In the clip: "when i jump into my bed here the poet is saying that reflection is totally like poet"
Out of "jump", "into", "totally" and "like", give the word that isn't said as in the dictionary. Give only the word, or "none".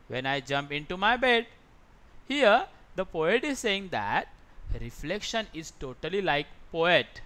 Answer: none